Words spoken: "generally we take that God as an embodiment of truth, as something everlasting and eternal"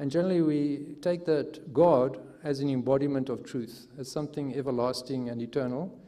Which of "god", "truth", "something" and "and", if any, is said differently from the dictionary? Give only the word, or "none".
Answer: none